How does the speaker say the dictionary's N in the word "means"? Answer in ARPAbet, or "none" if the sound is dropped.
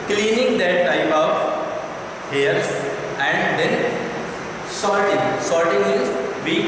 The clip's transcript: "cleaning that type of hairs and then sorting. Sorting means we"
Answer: L